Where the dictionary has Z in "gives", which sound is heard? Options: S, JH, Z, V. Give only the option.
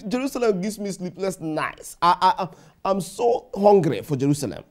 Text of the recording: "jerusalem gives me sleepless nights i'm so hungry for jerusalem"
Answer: S